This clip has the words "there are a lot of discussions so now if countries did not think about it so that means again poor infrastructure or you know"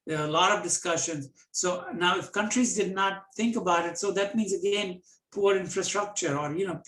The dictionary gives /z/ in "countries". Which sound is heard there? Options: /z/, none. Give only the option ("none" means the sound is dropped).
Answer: /z/